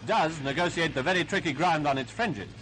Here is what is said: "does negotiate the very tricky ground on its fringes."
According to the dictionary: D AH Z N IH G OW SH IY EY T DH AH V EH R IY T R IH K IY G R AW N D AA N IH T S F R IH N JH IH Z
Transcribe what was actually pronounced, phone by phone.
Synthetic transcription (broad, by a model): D AH Z N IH G OW S IY EY T DH AH V EH R IY T R IH K IY G R AW N D N IH T S F R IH N JH IH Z